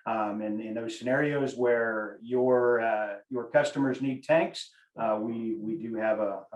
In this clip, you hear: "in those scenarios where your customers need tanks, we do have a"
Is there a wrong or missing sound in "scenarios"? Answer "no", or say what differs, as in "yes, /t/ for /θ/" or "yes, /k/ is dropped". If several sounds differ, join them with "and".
no